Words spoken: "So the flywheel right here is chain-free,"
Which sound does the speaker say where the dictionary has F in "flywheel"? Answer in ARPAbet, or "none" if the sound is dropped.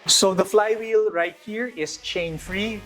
F